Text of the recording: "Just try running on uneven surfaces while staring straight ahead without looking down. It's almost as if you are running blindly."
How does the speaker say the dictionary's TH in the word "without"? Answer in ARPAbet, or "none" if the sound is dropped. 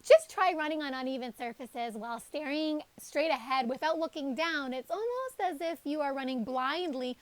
TH